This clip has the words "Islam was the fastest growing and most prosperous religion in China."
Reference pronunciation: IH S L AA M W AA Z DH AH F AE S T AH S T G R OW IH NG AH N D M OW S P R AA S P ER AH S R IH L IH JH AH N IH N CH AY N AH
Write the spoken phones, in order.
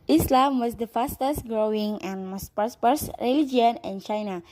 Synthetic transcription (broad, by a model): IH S L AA M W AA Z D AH F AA S T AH S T G R OW IH NG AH N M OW S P AA S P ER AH S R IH L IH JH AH N IH N CH AY N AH